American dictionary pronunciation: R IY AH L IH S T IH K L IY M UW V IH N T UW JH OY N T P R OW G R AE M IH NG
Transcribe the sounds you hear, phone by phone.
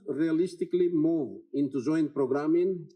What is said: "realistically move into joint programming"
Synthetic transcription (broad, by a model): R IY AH L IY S T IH K L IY M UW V IH N T UW Z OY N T P R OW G R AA M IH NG